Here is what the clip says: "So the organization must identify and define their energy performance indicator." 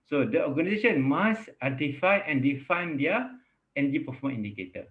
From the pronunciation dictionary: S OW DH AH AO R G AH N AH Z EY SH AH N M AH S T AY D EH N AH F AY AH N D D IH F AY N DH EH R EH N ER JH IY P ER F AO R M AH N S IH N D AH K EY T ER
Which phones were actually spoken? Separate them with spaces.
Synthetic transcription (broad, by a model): S OW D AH AO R G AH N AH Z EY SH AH N M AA S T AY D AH F AY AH N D D IH F AY N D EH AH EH N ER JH IY P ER F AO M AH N IY N D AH K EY T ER